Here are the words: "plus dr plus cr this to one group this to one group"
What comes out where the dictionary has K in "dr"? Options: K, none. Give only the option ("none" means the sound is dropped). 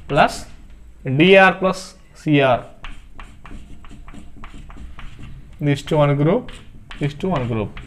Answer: none